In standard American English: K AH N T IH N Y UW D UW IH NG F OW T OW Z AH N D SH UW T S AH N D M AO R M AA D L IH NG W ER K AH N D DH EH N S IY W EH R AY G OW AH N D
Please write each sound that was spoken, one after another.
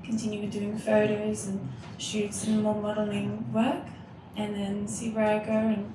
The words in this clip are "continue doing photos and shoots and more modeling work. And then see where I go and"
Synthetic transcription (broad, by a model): K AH N T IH N Y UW D UW IH NG F OW T OW Z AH N SH UW T S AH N M AO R M AA D L IH NG W ER K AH N DH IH N S IY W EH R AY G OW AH N